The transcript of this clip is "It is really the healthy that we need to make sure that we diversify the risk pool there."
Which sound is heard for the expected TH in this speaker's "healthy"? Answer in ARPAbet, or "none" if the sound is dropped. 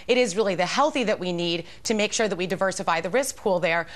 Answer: TH